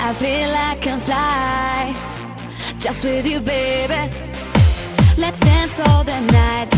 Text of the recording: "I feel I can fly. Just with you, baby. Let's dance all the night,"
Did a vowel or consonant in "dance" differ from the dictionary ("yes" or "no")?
no